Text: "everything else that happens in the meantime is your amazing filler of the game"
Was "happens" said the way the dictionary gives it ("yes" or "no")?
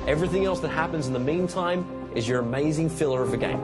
yes